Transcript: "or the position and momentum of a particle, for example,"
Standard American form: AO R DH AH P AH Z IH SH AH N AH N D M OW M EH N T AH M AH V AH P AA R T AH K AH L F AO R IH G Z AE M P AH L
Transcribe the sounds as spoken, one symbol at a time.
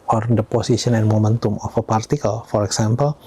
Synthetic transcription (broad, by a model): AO R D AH P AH S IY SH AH N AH N M OW M EH N T AH M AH F AH P AA R T AH K AH L F AO R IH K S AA M P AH L